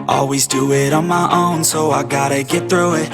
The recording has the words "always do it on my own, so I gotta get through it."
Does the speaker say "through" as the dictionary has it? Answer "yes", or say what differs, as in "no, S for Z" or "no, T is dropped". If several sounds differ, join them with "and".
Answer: yes